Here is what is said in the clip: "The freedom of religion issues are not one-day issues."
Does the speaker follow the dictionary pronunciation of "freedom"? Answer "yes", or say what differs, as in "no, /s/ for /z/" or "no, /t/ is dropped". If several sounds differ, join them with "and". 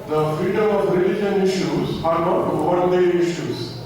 no, /ɹ/ is dropped